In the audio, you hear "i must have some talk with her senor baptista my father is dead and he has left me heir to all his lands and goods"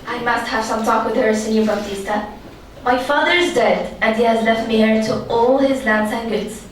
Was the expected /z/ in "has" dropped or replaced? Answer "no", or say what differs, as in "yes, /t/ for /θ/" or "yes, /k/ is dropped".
no